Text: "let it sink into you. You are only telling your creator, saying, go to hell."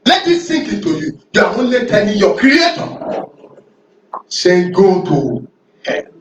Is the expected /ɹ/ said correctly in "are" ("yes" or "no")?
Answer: no